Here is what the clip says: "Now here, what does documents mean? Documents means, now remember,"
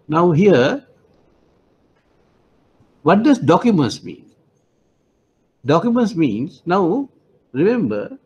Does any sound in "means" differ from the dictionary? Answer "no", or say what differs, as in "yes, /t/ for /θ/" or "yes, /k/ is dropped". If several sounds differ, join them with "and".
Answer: yes, /s/ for /z/